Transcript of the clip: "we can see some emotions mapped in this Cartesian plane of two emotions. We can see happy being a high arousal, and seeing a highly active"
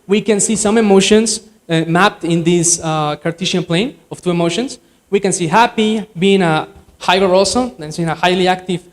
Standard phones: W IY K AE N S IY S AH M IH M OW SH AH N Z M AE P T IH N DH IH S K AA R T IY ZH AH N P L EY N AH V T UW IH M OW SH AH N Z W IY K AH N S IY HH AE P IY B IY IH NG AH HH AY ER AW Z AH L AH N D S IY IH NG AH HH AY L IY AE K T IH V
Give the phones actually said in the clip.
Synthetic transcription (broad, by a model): W IY K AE N S IY S AH M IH M OW SH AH N S M AE P T IH N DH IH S K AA R T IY SH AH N P L EY N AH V T UW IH M OW SH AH N S W IY K AH N S IY HH AE P IY B IY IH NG AH HH AY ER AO S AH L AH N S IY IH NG AH HH AY L IY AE K T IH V